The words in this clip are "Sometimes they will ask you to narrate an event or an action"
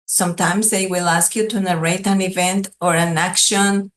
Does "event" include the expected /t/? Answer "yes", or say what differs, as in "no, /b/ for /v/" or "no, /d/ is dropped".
yes